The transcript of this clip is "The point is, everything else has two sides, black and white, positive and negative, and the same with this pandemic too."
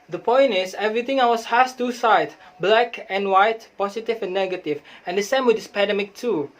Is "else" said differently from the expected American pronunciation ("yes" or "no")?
yes